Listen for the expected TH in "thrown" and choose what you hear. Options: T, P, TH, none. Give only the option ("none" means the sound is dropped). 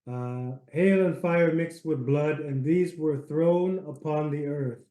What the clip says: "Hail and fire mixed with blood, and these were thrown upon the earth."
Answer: TH